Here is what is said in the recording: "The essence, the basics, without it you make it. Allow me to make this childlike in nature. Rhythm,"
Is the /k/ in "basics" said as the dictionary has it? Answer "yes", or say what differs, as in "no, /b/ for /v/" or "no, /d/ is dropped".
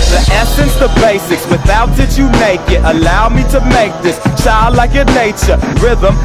yes